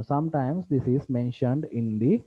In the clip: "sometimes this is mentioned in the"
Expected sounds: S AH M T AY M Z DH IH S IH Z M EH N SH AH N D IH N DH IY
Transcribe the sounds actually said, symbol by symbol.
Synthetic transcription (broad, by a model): S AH M T AY M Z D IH S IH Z M EH N SH AH N D IH N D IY